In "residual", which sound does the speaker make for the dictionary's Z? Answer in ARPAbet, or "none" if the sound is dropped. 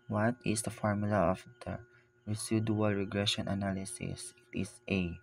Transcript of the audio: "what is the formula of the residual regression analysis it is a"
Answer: S